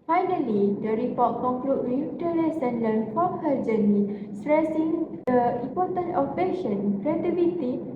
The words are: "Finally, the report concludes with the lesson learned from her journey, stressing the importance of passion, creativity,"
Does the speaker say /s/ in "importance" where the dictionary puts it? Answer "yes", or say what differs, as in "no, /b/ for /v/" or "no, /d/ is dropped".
no, /s/ is dropped